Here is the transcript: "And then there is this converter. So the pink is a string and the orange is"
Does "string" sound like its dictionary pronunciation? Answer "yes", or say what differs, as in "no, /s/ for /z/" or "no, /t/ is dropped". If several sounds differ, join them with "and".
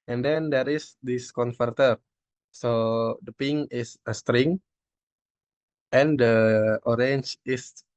yes